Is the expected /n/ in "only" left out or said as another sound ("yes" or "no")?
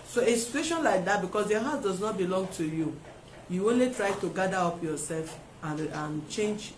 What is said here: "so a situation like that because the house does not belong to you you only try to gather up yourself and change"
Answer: no